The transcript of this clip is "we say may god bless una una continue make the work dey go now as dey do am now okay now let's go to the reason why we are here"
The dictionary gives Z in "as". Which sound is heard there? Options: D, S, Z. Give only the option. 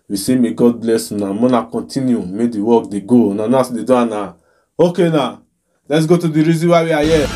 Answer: S